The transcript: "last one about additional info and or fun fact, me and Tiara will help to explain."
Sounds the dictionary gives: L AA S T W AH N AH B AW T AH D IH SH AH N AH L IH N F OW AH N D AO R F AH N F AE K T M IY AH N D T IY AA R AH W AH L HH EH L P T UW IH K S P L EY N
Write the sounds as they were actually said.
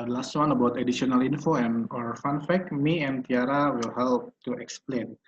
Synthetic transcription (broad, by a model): L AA S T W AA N AH B AW T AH D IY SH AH N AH L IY N F OW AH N AO R F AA N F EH K M IY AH N T IY AA R AH W AH L HH EH L P T UW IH K S P L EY N